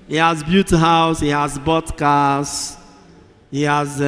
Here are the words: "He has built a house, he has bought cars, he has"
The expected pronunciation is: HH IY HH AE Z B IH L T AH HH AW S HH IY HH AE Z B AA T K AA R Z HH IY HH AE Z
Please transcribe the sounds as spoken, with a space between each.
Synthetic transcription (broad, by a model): HH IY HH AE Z B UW T AH HH AW S HH IY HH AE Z B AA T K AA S HH IY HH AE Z